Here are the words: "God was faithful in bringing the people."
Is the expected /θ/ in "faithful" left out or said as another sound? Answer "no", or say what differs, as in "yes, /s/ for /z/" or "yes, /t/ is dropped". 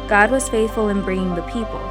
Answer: no